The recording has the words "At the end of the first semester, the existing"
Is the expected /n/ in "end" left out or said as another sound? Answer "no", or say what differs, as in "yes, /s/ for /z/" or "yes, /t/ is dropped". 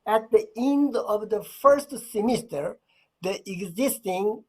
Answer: no